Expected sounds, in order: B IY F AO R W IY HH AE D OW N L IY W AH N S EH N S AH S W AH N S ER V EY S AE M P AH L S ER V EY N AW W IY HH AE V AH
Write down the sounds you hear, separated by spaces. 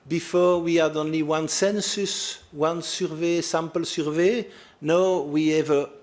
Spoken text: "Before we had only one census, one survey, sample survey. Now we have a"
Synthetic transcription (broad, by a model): B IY F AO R W IY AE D OW N L IY W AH N S EH N S AH S W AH N S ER V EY S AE M P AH L S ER V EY N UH W IY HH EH V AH